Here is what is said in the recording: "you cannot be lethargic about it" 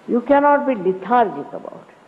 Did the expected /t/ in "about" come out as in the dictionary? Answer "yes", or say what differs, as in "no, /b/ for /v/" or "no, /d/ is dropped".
yes